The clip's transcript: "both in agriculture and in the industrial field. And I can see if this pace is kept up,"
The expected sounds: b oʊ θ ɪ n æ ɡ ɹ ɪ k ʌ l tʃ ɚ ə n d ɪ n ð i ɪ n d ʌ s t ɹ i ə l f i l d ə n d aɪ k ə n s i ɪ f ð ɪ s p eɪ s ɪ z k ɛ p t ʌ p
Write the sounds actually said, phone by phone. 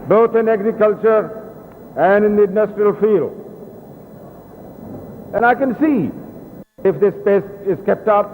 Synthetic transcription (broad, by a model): b oʊ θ ɪ n æ ɡ ɹ ɪ k ʌ l tʃ ɚ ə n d ɪ n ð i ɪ n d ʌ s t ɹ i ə l f i l d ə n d aɪ k ə n s i ɪ f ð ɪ s p eɪ s ɪ z k ɛ p t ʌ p